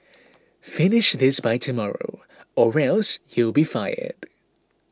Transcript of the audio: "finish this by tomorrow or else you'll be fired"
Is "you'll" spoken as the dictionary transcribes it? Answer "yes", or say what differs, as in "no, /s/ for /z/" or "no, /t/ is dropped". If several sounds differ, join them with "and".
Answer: yes